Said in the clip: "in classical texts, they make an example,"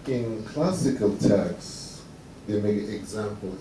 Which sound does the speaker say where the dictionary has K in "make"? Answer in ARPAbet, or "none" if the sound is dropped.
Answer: none